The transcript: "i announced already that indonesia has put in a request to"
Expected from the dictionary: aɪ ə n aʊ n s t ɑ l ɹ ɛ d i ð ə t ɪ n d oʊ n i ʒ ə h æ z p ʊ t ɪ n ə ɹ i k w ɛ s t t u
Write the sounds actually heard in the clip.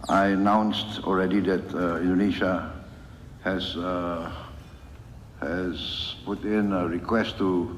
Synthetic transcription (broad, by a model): aɪ ə n aʊ n s t ɑ l ɹ ɛ d i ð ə t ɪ n d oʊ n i ʃ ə h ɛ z p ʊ t ɪ n ə ɹ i k w ɛ s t t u